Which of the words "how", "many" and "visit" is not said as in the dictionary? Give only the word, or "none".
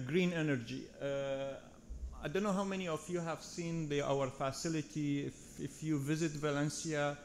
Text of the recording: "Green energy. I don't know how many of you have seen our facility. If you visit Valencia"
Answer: none